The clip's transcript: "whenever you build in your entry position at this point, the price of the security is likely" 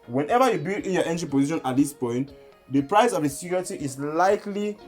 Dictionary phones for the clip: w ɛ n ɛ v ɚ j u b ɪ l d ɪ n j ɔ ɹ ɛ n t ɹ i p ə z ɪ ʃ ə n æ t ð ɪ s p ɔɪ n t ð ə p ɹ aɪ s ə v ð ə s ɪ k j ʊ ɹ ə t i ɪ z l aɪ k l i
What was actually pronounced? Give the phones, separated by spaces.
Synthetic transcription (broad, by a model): w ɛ n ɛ v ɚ j u b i l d ɪ n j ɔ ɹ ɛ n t i p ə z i ʃ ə n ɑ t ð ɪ s p ɔɪ n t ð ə p ɹ aɪ s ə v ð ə s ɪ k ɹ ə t i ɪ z l aɪ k l i